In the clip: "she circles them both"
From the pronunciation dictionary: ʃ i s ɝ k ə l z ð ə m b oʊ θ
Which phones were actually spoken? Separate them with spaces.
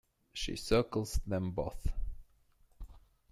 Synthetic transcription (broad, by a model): ʃ i s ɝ k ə l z ð ə m b oʊ θ